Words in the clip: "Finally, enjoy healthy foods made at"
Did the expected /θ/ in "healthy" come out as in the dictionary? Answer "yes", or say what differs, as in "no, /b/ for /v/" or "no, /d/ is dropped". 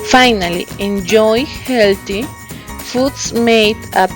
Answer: no, /t/ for /θ/